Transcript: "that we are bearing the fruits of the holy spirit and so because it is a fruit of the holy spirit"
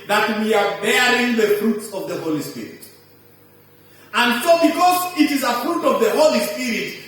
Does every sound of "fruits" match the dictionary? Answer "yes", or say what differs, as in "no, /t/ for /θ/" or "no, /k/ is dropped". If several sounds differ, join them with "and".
yes